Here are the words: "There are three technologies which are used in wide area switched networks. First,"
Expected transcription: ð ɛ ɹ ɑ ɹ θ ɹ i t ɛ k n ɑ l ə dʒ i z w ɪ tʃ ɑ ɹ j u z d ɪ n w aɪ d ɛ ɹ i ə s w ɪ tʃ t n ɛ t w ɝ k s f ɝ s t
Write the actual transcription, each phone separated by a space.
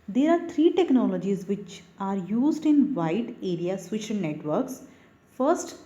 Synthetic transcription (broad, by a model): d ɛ ɹ ɑ ɹ t ɹ i t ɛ k n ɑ l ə dʒ i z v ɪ tʃ ɑ ɹ j u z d ɪ n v aɪ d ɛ ɹ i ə s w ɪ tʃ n n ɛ t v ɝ k s f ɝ s t